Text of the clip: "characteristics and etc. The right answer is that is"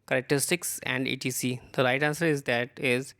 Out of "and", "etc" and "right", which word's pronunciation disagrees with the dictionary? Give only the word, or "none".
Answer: etc